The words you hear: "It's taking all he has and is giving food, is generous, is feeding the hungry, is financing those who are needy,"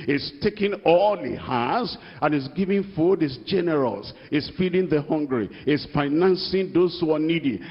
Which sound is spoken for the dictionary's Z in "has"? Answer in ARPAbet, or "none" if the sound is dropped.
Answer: S